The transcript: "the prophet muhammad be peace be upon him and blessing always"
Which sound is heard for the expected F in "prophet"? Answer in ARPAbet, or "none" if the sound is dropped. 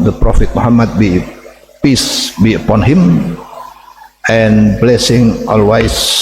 F